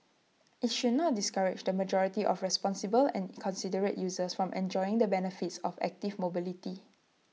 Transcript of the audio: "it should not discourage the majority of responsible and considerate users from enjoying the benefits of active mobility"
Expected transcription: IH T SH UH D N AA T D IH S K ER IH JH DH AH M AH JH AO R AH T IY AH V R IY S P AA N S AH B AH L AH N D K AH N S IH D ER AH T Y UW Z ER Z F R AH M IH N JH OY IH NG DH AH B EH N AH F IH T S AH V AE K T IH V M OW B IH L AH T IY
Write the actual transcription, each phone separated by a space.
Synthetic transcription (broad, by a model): IH T SH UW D N AA T D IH S K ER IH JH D AH M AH JH AO R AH T IY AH F R IY S P AA N S AH B AH L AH N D K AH N S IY D ER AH T Y UW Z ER S F R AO M IH N JH OY IH NG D AH B EH N AH F IH T S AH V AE K T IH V M OW B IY L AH T IY